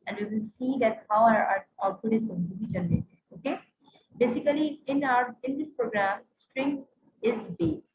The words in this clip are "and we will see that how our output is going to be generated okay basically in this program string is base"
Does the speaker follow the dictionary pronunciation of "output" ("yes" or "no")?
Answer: no